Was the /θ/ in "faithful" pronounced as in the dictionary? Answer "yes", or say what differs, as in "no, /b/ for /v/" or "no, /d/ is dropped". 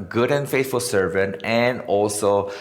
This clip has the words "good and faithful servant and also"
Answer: no, /t/ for /θ/